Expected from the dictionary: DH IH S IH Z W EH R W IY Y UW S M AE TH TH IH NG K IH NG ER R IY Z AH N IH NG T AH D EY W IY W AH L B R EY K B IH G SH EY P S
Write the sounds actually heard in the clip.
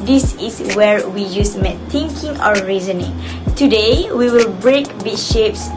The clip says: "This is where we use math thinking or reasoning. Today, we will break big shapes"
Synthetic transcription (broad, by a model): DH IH S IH S W EH R W IY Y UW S M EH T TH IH NG K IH NG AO R IY Z AH N IH NG T AH D EY W IY W AH L B R EY K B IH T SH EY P S